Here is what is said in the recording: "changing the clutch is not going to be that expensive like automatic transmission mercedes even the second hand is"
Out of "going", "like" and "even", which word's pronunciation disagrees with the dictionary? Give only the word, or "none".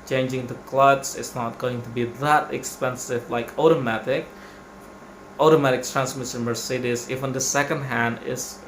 even